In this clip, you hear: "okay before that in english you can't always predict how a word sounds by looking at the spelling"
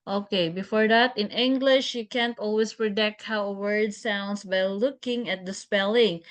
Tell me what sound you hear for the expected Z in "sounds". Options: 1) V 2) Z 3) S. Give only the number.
3